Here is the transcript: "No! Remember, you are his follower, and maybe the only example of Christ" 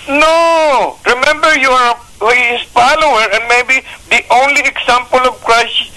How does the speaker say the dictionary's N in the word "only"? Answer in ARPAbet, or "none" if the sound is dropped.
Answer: N